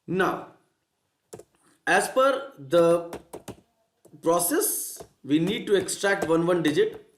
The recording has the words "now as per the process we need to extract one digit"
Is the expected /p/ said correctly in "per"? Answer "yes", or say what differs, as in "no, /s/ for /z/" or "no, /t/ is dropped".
no, /f/ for /p/